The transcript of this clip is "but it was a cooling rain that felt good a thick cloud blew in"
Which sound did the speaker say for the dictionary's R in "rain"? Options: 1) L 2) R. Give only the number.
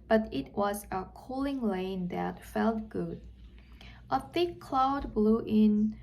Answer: 1